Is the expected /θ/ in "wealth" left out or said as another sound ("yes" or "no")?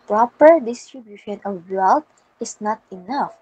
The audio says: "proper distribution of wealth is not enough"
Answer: yes